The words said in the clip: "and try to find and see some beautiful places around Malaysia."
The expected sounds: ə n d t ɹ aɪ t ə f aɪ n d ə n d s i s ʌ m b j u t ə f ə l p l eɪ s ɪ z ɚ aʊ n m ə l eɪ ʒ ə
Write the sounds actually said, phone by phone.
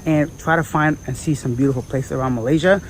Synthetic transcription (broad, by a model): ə n t ɹ aɪ t ə f aɪ n d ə n s i s ʌ m b j u t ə f l p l eɪ ɪ s ɚ aʊ n m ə l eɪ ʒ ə